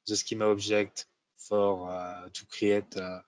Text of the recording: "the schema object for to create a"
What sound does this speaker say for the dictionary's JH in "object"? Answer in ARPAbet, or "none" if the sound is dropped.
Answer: ZH